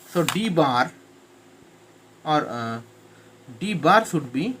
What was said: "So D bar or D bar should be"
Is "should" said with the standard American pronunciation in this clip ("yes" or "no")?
no